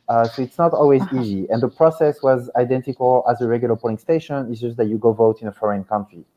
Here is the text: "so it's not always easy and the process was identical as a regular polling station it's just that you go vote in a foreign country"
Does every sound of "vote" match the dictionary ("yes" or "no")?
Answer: yes